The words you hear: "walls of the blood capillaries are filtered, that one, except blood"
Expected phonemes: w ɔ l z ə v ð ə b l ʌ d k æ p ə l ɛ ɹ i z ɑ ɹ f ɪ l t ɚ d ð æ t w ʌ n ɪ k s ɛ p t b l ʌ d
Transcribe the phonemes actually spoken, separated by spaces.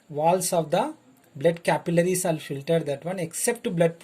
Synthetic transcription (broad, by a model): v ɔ l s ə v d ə b l ʌ d k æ p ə l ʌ ɹ i s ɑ l f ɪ l t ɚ d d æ t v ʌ n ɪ k s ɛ p t b l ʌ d